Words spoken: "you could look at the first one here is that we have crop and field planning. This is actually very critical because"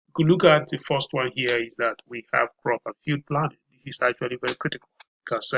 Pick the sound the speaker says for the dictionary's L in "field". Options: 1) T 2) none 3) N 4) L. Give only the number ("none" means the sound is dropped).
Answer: 2